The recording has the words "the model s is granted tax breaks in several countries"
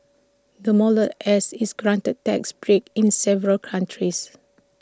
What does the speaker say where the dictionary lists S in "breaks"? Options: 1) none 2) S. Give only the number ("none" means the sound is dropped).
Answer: 1